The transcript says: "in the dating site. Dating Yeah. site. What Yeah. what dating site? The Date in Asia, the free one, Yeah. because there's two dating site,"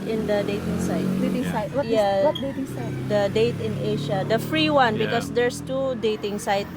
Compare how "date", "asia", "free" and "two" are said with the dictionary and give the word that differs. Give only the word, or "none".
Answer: asia